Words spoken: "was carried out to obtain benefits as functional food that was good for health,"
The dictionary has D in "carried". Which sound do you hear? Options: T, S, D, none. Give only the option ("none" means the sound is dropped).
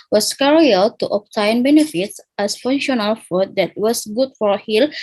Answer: none